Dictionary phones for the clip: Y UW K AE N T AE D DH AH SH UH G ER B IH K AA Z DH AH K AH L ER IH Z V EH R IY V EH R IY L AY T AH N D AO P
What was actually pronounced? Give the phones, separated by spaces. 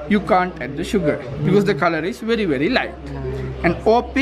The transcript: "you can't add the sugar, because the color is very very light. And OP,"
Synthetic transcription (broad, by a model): Y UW K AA N T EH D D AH SH UH G ER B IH K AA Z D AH K AH L ER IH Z V EH R IY V EH R IY L AY T AH N D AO P